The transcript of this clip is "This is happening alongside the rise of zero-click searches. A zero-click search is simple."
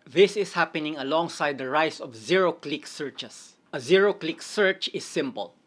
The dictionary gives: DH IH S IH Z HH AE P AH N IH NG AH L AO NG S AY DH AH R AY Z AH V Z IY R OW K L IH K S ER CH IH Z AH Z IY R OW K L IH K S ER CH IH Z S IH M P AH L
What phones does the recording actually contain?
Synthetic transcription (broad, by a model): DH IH S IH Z HH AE P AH N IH NG AH L AO NG S AY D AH R AY S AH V Z IY R OW K L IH K S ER CH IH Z AH Z IY R OW K L IH K S ER CH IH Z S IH M P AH L